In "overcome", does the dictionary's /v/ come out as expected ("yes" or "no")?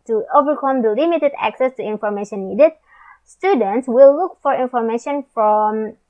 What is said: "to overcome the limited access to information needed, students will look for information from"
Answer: yes